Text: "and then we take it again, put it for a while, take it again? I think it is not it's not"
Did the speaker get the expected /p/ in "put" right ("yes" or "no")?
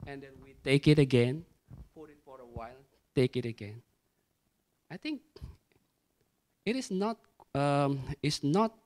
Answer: no